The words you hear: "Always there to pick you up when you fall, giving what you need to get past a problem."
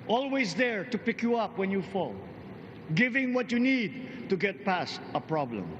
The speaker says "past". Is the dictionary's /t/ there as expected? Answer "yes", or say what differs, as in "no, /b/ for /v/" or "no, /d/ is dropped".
yes